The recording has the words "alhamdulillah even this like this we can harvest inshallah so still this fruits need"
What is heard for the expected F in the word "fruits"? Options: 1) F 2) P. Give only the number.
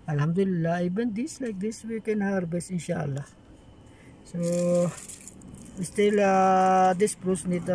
2